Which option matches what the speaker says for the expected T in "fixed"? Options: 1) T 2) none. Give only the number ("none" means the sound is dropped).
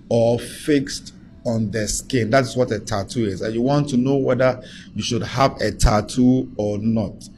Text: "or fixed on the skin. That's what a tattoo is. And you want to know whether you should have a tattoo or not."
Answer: 1